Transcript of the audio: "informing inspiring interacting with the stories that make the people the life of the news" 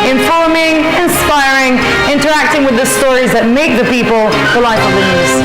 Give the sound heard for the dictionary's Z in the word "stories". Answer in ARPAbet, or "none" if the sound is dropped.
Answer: Z